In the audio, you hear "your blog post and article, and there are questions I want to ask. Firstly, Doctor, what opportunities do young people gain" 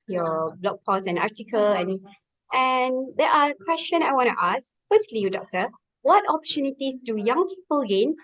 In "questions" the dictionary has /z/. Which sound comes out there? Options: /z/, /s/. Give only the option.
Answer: /s/